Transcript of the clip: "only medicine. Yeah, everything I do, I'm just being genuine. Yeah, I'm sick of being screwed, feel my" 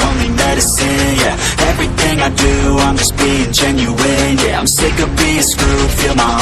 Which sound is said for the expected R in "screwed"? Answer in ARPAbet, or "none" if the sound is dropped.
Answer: none